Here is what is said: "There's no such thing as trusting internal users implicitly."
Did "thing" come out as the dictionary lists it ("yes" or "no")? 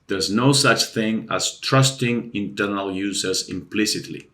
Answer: yes